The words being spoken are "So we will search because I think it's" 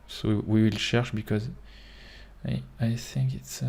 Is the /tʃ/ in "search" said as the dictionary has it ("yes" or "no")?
no